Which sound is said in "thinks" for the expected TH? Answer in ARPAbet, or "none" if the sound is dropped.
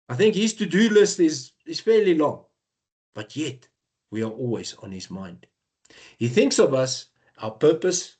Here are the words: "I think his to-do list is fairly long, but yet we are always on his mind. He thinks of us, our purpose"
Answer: TH